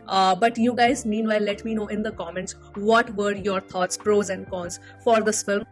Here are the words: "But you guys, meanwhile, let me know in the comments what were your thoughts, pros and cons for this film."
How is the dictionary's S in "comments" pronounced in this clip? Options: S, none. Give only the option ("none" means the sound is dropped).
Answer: S